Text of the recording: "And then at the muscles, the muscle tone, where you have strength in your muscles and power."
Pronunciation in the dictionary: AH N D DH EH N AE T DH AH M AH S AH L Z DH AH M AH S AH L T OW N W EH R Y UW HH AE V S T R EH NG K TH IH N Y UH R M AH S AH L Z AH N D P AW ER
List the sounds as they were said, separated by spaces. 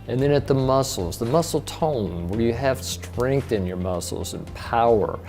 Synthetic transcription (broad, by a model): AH N DH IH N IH T DH AH M AH S L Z DH AH M AH S L T OW N W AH R Y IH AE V S T R EH NG K TH IH N Y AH R M AH S L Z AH N P AW ER